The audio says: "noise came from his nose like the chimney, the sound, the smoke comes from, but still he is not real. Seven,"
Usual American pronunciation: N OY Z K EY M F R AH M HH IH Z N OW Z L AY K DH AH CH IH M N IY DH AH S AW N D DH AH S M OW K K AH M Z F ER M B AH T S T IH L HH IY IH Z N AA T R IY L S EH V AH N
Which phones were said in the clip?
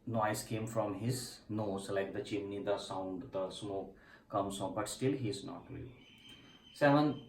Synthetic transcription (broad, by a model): N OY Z K EY M F R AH M HH IH Z N OW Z L AY K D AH CH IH N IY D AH S AW N D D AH S M OW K K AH M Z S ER B AH T S T IH L HH IY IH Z N AA T R IY L S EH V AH N